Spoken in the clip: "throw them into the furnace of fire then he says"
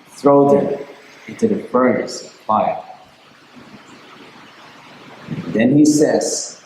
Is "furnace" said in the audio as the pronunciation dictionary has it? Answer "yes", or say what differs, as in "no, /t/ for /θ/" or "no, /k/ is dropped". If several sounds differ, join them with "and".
no, /n/ is dropped